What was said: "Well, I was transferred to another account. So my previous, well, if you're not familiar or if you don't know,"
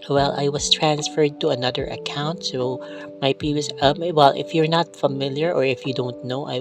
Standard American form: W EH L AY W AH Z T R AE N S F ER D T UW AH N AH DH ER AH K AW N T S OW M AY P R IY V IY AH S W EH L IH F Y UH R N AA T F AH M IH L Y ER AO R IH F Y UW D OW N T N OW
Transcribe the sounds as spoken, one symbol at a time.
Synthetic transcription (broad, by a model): W EH L AY W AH S T R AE N S F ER D T UW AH N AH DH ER AH K AW N T S OW M AY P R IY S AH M W EH L IH F Y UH R N AA T F AH M IH L Y ER AO R IH F Y UW D OW N T N OW